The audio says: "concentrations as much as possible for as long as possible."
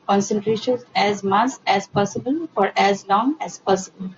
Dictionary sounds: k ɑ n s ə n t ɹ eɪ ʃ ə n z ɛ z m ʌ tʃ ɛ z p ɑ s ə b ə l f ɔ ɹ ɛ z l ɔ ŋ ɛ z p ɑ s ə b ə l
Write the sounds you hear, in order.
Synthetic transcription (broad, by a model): k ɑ n s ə n t ɹ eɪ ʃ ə n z ɛ z m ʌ s ɛ z p ɑ s ə b ə l f ɔ ɹ ɛ z l ɔ ŋ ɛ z p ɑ s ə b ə l